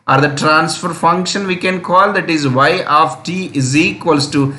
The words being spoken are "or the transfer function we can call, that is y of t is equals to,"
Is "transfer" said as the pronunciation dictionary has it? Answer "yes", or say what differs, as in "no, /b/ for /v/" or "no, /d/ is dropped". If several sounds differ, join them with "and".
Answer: yes